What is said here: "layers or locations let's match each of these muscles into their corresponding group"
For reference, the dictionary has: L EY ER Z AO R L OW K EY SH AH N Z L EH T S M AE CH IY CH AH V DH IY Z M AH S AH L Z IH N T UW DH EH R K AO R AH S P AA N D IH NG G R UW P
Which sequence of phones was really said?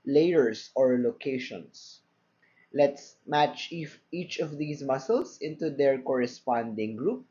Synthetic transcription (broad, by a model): L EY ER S AO R L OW K EY SH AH N S L EH T S M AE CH IY CH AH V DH IY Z M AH S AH L S IH N T UW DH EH R K AO R AH S P AA N D IH NG G R UW P